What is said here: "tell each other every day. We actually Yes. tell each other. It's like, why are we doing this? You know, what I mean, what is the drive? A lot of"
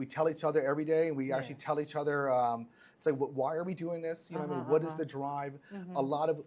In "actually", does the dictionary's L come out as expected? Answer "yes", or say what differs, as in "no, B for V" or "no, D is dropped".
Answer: no, L is dropped